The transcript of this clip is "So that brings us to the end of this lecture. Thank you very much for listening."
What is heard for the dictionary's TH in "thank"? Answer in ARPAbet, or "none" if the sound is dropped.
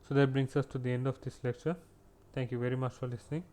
T